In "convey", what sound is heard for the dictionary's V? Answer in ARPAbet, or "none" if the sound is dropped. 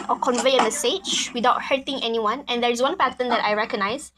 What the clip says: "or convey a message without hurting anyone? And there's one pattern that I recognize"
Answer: V